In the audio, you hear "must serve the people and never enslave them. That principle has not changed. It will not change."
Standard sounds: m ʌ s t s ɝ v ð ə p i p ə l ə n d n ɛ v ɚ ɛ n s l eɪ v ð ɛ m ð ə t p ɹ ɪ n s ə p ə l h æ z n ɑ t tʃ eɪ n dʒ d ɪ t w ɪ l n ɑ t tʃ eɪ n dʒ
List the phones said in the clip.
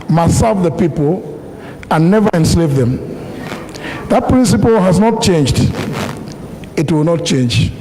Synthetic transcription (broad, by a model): m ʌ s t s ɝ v ð ə p i p ə l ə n n ɛ v ɚ ɛ n s l eɪ v ð ɛ m ð ə t p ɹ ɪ n s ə p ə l h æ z n ɑ t tʃ eɪ n dʒ d ɪ t w ɪ l n ɑ t tʃ eɪ n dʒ